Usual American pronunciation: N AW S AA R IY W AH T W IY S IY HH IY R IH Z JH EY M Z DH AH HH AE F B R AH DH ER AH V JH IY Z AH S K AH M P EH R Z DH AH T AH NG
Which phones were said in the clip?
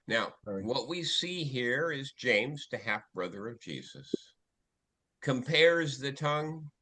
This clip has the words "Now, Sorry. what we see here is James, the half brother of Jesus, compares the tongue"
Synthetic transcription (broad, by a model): N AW AA IY W AH T W IY S IY HH IY R IH Z JH EY M Z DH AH HH AE F B R AH DH ER AH V JH IY Z AH S K AH M P EH R Z DH AH T AH NG